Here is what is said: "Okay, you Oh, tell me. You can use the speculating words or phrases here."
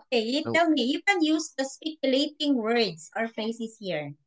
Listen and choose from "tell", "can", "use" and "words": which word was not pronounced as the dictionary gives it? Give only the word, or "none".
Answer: words